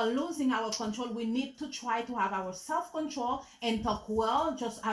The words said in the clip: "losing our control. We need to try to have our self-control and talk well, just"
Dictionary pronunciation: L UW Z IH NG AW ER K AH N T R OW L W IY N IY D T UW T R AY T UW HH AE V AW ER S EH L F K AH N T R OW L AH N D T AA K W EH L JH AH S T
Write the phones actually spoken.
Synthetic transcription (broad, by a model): L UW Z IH NG AW ER K AH N T R OW L W IY N IY D T UW T R AY T UW HH AE V AW ER S EH L F K AH N T R OW L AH N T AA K W EH L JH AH S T